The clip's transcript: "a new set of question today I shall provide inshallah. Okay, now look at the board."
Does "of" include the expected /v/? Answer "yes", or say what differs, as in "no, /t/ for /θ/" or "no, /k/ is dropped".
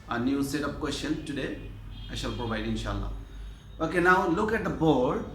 no, /p/ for /v/